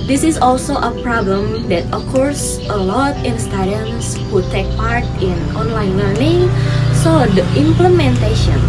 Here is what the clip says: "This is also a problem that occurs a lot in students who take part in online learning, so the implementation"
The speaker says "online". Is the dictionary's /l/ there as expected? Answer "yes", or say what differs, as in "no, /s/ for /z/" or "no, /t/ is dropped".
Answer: yes